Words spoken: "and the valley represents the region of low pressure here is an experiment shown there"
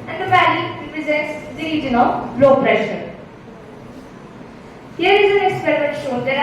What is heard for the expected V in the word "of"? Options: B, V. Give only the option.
B